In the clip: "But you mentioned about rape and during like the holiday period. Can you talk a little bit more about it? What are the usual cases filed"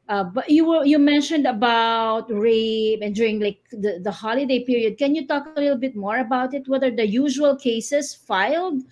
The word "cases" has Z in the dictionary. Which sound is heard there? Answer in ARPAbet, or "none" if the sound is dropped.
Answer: S